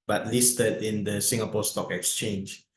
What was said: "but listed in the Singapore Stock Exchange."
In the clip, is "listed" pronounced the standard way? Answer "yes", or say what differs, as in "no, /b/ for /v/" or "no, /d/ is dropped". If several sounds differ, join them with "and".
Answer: yes